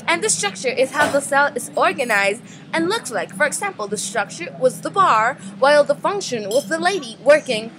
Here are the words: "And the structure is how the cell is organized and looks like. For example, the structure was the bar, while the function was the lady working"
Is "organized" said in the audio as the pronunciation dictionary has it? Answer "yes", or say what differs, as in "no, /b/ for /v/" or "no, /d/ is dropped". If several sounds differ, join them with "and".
yes